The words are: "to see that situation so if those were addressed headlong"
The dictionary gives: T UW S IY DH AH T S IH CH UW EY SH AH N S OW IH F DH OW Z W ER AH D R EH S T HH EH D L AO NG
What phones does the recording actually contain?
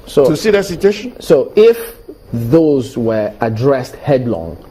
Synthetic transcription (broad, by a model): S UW S IY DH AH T S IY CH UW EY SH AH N S OW IH F DH OW Z W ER AH D R EH S T HH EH D L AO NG